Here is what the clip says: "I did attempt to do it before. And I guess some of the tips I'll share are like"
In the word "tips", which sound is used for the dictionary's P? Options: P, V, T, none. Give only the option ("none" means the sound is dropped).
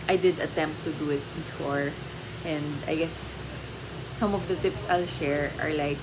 P